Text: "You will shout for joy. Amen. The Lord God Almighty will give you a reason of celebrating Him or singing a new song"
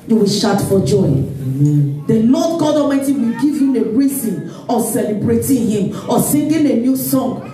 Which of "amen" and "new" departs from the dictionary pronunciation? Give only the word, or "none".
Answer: amen